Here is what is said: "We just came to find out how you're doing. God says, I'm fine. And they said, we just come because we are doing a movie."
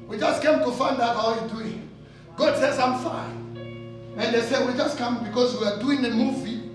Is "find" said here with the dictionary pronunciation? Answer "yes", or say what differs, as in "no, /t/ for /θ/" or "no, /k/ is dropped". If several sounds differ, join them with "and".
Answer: yes